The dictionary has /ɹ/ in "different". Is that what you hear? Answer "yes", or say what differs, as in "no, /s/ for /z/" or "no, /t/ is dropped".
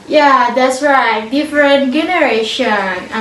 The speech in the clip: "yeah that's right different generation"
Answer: yes